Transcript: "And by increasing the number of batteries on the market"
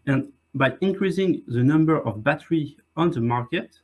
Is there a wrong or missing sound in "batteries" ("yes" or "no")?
yes